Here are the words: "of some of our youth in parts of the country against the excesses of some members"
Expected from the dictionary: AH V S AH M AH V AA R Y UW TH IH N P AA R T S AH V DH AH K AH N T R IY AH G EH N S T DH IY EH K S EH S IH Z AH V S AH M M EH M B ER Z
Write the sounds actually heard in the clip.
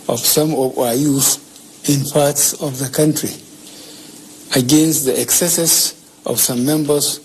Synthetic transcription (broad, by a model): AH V S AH M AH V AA Y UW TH IH N P AA R T S AH V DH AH K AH N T R IY AH G EH N S T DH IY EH K S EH S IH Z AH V S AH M M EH M B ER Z